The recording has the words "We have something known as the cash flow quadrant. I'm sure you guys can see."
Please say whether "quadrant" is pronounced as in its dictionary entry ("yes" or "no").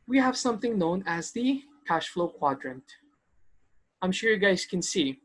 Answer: yes